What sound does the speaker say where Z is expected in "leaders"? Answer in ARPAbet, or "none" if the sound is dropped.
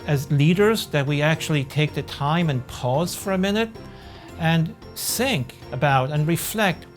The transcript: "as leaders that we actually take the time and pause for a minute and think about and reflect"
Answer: Z